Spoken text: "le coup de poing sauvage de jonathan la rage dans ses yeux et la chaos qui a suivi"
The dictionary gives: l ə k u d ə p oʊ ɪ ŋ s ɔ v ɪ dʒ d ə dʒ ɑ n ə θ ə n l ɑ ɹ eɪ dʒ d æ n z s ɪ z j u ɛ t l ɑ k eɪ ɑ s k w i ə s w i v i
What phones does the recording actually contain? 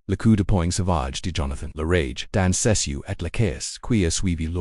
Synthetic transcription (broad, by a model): l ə k u d ə p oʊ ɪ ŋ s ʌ v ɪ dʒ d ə dʒ ɑ n ə θ ə n l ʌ ɹ eɪ dʒ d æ n s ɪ s j u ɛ t l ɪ k eɪ ɑ s k w i ə s w i v i